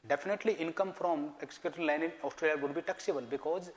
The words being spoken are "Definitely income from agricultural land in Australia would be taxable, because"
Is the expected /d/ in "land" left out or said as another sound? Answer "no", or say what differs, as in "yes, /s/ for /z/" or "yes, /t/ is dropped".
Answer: yes, /d/ is dropped